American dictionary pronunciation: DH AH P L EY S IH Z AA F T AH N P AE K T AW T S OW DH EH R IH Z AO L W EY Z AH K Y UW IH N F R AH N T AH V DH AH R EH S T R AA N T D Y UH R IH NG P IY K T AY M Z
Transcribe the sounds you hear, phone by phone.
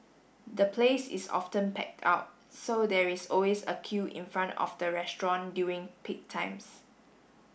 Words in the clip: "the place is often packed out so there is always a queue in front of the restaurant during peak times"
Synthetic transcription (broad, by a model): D AH P L EY S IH S AA F T AH N P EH K T AW T S OW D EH R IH S AO L W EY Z AH K Y UW IH N F R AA N T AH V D AH R EH S T R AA N D Y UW IH NG P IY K T AY M S